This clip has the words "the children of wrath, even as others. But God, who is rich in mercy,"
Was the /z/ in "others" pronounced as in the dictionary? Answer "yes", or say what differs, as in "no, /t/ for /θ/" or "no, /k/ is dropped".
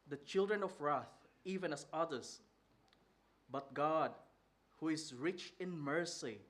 no, /s/ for /z/